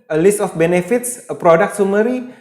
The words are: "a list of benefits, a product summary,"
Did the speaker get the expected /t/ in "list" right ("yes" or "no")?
yes